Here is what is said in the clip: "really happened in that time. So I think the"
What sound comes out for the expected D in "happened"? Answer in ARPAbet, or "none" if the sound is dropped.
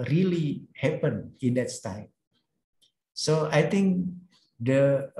none